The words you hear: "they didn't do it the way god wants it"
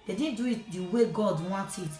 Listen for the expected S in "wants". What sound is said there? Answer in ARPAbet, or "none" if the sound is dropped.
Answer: none